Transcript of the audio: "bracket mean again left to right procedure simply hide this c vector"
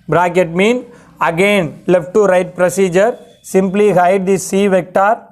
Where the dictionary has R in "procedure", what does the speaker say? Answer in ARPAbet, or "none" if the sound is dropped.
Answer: R